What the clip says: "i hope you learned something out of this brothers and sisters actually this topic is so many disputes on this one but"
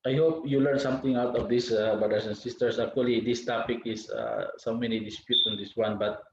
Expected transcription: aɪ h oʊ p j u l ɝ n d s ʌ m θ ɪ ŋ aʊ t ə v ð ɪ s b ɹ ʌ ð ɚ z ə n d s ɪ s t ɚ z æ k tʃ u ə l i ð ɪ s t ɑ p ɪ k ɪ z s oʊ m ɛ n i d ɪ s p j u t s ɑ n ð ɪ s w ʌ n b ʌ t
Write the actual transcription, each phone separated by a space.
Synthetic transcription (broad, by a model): aɪ h oʊ p j u l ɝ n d s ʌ m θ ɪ ŋ aʊ t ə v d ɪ s b ɹ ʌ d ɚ s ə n s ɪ s t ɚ s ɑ k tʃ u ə l i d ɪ s t ɑ p ɪ k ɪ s s oʊ m ɛ n i d ɪ s p j u t s ɑ n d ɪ s w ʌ n b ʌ t